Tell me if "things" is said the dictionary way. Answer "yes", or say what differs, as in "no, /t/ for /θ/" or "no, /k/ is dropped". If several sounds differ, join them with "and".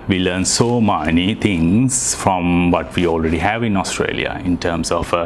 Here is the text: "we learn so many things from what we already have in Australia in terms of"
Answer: no, /t/ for /θ/